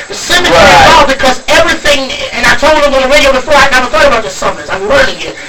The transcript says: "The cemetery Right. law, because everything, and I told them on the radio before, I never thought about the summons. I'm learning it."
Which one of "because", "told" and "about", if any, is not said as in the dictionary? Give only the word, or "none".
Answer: none